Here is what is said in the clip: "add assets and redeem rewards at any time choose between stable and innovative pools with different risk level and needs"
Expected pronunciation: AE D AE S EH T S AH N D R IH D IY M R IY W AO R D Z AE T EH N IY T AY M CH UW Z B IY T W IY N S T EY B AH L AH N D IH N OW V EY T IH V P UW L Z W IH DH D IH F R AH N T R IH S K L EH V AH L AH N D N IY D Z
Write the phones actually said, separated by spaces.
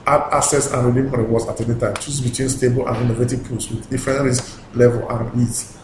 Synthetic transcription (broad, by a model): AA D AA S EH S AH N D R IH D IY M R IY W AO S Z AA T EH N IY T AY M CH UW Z B IY T W IY N S T EY B AH L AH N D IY N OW V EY T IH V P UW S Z W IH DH D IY F R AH N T R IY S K L EH V AH L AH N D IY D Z